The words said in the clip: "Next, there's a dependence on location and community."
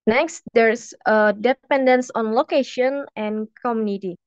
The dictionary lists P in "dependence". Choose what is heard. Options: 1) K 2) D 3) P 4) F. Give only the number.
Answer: 3